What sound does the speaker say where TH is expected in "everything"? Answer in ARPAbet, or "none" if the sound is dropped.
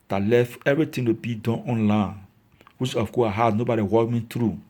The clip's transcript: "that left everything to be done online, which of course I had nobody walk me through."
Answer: T